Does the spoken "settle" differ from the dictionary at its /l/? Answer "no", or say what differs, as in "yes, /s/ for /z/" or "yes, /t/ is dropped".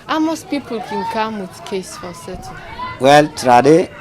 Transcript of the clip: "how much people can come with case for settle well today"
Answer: yes, /n/ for /l/